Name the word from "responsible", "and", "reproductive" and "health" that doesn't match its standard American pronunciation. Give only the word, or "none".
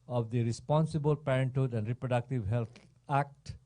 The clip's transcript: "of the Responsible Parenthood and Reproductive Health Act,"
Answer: health